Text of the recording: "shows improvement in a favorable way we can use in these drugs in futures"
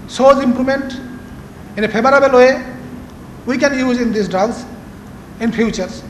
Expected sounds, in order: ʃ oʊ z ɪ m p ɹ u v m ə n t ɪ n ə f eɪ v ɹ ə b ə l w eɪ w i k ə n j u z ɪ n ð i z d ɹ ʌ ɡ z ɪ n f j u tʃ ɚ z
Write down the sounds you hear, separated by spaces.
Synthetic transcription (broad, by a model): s oʊ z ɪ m p ɹ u m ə n t ɪ n ə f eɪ b ɹ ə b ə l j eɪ w i k ə n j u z ɪ n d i s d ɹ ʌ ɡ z ɪ n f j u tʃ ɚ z